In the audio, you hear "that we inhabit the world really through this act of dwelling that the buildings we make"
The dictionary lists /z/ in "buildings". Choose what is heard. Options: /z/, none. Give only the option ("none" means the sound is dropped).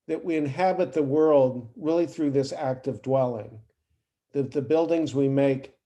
/z/